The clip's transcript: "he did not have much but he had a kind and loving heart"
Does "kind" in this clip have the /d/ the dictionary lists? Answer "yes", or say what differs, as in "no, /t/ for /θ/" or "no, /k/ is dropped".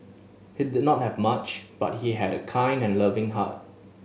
yes